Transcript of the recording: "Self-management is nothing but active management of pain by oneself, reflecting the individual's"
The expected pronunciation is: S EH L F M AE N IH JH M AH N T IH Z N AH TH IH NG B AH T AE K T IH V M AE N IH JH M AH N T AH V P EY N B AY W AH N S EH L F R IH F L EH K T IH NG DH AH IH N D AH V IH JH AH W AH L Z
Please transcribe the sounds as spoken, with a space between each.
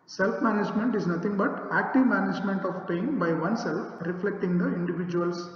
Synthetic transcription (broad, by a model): S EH L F M AE N IH JH M AH N T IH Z N AH T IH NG B AH T AE K T IH V M AE N IH JH M AH N T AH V P EY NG B AY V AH N S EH L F R IH F L EH K T IH NG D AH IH N D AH V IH JH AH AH L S